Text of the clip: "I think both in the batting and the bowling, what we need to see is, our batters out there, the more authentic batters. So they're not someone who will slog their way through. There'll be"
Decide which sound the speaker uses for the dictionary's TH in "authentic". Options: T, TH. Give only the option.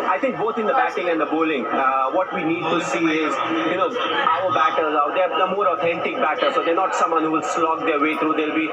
T